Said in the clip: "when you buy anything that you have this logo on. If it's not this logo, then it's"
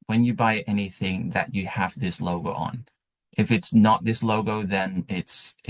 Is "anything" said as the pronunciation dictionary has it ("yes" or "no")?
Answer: yes